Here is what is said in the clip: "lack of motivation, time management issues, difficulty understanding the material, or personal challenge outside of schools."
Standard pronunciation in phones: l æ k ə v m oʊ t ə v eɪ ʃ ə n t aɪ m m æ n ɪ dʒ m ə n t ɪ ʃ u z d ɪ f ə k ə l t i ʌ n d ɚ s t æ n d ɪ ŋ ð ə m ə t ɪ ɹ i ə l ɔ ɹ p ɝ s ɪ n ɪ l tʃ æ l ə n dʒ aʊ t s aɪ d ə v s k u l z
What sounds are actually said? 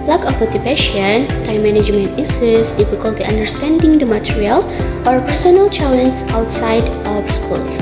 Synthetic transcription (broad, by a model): l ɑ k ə f m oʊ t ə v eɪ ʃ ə n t aɪ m m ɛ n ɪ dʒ m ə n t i s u s d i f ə k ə l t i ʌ n d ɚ s t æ n d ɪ ŋ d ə m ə t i ɹ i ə l ɔ ɹ p ɝ s ɪ n ɪ l tʃ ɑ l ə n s aʊ t s aɪ d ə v s k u l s